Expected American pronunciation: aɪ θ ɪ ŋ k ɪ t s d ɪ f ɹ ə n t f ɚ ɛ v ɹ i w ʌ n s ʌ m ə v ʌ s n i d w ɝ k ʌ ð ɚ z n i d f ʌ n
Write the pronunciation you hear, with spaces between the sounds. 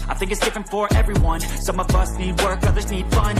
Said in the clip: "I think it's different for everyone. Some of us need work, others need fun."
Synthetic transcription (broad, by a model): aɪ θ ɪ ŋ k ɪ t s d ɪ f ɹ ə n t f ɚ ɛ v ɹ i w ʌ n s ʌ m ə v ʌ s n i d w ɝ k ʌ ð ɚ z n i d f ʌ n